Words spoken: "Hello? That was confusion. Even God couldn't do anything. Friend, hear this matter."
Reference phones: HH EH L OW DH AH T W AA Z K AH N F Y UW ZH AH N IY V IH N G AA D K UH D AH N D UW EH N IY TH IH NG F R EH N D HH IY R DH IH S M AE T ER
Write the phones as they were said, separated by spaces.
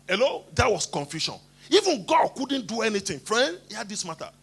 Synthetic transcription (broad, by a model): HH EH L OW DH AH T W AA S K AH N F Y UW SH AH N IY V IH N G AA D K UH D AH N D UW EH N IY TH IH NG F R EH N D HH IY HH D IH S M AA T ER